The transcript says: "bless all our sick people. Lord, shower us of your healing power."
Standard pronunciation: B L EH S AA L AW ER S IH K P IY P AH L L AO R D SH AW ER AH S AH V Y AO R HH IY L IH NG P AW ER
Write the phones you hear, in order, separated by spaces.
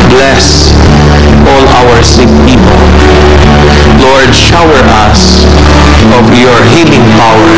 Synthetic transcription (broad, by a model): B L EH S AA L AW ER S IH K P IY P AH L L AO R D SH AW ER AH S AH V Y AO R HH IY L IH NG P AW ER